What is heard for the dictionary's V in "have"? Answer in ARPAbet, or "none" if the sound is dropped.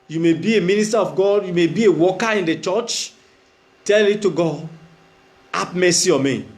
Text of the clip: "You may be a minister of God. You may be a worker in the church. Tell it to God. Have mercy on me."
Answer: P